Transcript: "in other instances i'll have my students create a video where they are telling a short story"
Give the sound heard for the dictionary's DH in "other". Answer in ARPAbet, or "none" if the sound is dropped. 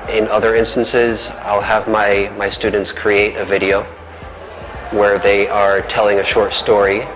DH